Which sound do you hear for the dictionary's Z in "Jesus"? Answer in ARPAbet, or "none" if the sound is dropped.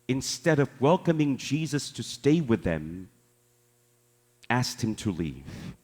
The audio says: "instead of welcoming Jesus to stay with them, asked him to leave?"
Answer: Z